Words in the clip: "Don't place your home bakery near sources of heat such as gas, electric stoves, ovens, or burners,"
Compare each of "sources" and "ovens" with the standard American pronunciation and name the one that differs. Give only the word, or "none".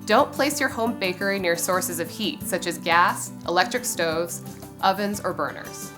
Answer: none